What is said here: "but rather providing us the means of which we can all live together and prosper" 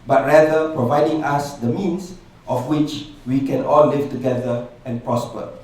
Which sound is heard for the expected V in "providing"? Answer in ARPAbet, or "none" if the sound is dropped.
V